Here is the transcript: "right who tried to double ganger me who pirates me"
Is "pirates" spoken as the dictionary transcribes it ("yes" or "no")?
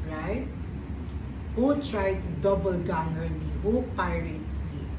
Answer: yes